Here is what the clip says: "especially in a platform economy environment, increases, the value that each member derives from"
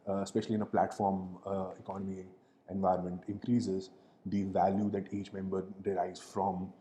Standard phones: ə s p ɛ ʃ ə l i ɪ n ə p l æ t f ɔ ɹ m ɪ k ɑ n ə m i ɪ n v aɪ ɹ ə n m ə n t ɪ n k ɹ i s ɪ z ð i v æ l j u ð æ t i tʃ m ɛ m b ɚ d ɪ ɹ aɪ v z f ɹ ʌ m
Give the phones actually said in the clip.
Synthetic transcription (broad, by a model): s p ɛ ʃ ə l i ɪ n ə p l æ t f ɔ ɹ m ɪ k ɑ n ə m i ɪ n v aɪ ə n m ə n t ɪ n k ɹ i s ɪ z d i v æ l j u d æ t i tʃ m ɛ m b ɚ d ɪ ɹ aɪ z f ɹ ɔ m